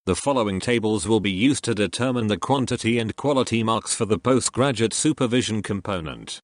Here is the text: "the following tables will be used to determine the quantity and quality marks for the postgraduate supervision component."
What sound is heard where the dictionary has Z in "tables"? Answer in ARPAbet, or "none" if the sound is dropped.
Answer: Z